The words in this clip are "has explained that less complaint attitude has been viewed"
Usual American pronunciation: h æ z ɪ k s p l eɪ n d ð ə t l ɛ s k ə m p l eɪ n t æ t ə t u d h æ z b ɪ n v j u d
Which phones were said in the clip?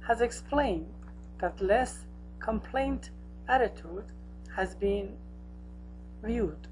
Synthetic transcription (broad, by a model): h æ z ɪ k s p l eɪ n d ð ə t l ɛ s k ə m p l eɪ n t æ t ə t u d h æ z b ɪ n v j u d